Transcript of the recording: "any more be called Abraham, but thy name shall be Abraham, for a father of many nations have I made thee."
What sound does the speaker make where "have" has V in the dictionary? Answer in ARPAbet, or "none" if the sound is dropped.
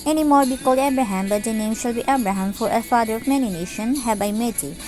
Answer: B